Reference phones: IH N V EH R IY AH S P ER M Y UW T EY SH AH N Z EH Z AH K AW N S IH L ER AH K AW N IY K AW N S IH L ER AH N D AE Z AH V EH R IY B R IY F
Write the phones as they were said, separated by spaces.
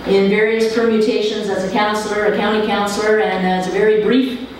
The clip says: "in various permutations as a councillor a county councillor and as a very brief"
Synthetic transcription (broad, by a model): IH N V EH R IY AH S P ER M Y UW T EY SH AH N Z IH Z AH K AW N S L ER AH K AW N IY K AW N S L ER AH N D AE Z AH V EH R IY B R IY F